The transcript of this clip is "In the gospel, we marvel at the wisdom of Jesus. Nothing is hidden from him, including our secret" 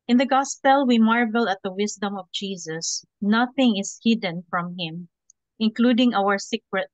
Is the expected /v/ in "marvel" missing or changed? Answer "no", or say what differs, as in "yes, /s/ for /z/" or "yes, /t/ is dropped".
no